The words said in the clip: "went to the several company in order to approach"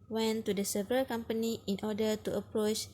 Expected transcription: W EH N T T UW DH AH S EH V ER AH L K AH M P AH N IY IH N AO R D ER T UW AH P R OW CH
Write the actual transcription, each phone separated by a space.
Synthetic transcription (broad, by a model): W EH N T T UW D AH S EH V ER AH L K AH M P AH N IY IH N AO D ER T UW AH P R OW CH